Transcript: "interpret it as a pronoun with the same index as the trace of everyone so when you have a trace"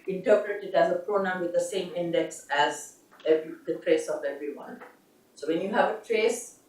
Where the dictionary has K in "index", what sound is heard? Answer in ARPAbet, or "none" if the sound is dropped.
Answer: K